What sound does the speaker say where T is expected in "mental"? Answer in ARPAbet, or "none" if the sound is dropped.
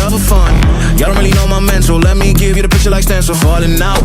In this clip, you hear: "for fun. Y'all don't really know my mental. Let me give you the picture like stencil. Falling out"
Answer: S